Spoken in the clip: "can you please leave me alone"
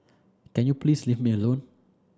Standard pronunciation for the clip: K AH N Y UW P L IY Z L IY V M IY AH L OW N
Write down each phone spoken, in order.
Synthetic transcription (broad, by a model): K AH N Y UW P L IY S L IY F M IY AH L OW N